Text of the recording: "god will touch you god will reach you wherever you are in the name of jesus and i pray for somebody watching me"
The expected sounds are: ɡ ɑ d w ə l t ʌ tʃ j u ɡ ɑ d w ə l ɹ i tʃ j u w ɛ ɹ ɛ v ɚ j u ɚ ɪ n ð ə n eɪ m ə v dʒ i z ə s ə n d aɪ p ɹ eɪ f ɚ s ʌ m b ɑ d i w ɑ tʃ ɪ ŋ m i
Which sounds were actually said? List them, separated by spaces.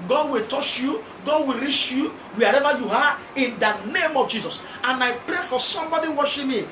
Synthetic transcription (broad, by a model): ɡ ɑ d w ə l t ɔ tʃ j u ɡ ɑ d w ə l ɹ i tʃ j u w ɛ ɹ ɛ v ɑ j u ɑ ɪ n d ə n eɪ m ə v dʒ i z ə s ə n aɪ p ɹ eɪ f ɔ s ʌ m b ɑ d i w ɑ ʃ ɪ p m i